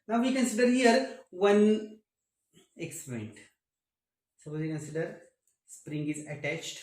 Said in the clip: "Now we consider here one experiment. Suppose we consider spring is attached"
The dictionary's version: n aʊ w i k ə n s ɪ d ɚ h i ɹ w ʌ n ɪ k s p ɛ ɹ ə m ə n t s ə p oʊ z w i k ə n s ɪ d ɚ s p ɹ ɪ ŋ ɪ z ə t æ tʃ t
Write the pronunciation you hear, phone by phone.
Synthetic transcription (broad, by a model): n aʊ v i k ə n s ɪ d ɚ h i ɹ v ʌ n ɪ k s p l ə ə n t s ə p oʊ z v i k ə n s ɪ d ɚ s p ɹ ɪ ŋ ɪ z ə t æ tʃ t